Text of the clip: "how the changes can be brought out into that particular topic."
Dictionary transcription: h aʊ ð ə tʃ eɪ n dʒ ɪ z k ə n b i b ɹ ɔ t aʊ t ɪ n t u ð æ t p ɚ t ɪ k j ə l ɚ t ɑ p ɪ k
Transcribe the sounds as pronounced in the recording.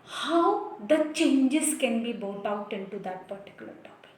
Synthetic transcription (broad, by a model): h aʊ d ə tʃ eɪ n dʒ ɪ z k ə n b i b ɔ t aʊ t ɪ n t u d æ t p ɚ t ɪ k j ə l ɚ t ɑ p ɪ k